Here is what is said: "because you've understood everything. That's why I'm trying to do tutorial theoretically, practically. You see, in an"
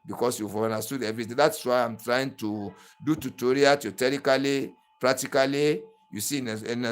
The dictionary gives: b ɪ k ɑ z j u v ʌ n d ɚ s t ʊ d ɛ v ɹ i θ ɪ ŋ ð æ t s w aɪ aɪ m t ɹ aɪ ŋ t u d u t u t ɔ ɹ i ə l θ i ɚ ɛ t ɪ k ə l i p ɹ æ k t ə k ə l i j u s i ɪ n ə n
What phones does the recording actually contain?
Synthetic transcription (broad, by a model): b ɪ k ɑ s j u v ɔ n d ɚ s t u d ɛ v ɹ i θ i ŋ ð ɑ t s w aɪ aɪ m t ɹ aɪ ŋ t u d u t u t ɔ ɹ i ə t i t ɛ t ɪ k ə l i p ɹ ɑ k t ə k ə l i j u s i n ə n